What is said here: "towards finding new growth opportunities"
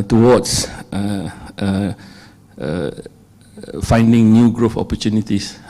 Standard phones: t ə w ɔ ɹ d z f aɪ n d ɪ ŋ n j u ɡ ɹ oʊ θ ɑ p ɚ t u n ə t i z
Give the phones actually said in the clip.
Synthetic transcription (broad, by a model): t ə w ɔ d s f aɪ n d ɪ ŋ n j u ɡ ɹ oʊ f ɑ p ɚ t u n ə t i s